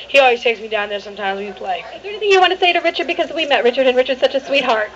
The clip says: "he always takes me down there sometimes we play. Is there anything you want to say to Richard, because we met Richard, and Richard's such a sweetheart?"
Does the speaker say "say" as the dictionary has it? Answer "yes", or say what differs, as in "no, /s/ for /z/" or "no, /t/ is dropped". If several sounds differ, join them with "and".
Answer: yes